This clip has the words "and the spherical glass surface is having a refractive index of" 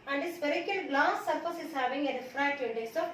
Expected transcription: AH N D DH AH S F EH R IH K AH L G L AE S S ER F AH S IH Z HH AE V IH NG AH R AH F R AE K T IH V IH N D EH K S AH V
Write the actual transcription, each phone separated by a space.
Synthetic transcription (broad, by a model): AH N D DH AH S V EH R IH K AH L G L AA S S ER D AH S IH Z HH AE V IH NG AH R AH F R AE T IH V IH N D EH S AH